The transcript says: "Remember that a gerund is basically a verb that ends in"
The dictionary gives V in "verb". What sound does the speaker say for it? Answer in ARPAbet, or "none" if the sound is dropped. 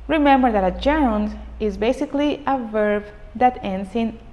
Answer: V